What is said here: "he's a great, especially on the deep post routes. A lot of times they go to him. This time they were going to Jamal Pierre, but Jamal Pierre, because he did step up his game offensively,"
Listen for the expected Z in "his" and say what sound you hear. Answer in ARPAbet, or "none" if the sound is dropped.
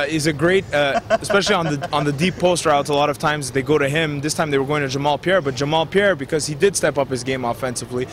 Z